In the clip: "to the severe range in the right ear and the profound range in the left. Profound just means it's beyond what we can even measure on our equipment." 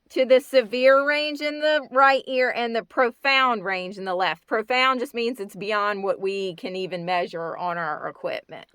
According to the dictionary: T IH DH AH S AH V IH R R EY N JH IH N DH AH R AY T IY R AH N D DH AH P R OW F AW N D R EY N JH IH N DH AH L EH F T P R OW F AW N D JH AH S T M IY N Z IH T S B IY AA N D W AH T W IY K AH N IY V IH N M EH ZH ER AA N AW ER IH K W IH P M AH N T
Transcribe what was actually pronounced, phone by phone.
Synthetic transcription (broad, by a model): T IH DH AH S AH V IH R R EY N JH IH N DH AH R AY T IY R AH N DH AH P R OW F AW N D R EY N JH IH N DH AH L EH F T P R OW F AW N JH AH S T M IY N Z IH T S B IY AA N D W AH T W IY K AH N IY V IH N M EH ZH ER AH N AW ER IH K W IH P M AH N T